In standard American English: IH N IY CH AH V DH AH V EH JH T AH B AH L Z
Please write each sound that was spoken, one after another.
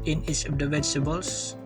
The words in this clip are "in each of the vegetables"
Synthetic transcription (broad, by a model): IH N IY S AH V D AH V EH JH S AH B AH L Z